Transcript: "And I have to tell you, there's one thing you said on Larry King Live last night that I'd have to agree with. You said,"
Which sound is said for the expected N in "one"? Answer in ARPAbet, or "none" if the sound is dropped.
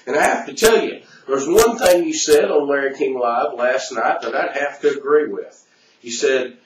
N